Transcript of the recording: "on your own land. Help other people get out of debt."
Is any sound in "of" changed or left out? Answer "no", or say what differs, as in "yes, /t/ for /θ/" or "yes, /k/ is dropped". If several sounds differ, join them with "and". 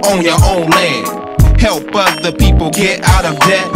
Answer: no